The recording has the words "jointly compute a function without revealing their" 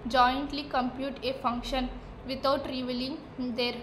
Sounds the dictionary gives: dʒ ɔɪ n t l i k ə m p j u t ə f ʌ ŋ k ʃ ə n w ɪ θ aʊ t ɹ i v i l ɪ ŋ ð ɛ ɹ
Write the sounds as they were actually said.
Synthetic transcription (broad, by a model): dʒ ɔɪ n t l i k ə m p j u t ə f ʌ ŋ k ʃ ə n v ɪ t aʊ t ɹ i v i l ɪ ŋ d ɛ ɹ